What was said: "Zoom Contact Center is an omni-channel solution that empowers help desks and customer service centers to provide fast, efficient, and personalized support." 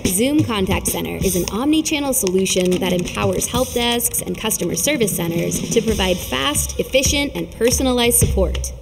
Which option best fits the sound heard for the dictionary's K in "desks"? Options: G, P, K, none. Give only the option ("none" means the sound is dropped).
K